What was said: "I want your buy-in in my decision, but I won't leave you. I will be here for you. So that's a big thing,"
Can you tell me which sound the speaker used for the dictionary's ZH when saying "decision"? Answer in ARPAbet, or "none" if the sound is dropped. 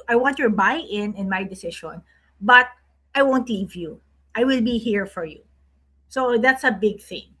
SH